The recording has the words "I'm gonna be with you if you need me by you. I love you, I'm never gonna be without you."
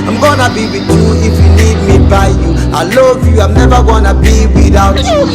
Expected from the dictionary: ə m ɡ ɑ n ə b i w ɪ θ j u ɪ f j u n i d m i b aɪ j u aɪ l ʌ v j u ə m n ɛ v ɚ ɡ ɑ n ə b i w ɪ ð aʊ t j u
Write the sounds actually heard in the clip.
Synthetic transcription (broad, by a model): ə m ɡ ɑ n ə b i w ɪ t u ɪ f j u l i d m i b aɪ j u aɪ l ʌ v j u ə m n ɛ v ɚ ɡ ɑ n ə b i w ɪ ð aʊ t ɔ